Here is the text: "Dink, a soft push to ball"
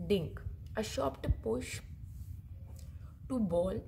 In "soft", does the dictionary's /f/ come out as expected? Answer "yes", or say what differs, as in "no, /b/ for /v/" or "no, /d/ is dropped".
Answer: no, /p/ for /f/